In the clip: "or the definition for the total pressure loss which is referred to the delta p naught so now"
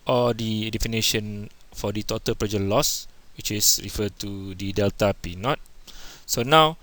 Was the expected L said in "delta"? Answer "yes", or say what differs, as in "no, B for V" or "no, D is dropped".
yes